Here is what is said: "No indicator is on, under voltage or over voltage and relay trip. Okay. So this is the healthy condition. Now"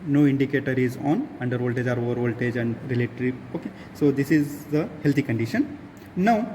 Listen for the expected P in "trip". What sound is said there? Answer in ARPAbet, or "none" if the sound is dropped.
none